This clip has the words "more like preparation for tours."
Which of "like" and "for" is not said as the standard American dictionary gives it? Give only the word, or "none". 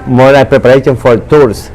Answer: like